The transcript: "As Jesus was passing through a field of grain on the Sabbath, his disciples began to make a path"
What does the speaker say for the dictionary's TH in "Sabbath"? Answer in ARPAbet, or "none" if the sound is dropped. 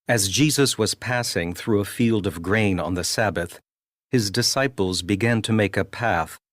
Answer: TH